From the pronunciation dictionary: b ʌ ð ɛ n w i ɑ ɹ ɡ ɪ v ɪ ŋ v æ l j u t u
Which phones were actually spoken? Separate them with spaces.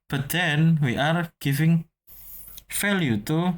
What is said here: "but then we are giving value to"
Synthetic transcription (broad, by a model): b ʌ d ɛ n w i ɑ ɹ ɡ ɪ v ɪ ŋ f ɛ l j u t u